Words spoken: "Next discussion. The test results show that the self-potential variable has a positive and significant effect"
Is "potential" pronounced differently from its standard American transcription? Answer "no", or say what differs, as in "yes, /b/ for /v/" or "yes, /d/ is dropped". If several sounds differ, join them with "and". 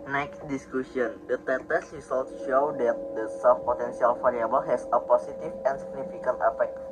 yes, /s/ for /ʃ/